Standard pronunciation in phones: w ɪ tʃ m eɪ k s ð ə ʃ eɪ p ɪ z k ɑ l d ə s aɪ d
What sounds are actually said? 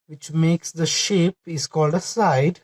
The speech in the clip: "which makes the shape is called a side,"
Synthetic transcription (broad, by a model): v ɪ tʃ m eɪ k s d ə ʃ eɪ p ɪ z k ɑ l d ə s aɪ d